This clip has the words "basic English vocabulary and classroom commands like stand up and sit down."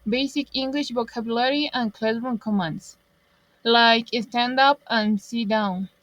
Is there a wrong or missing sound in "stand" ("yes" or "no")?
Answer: no